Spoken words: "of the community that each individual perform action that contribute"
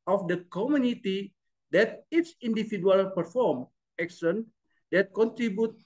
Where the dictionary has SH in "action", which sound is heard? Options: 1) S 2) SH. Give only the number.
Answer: 1